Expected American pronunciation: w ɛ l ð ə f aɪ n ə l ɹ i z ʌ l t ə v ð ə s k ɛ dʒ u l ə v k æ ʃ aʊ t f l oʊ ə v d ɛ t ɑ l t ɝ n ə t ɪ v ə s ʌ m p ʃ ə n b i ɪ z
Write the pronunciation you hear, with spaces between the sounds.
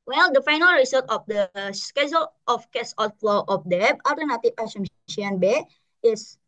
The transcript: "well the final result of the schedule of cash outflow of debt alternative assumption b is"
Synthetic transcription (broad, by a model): w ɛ l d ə f aɪ n ə l ɹ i s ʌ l t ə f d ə s k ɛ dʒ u l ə f k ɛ s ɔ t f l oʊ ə f d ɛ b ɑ l t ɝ n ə t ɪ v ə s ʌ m ʃ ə n b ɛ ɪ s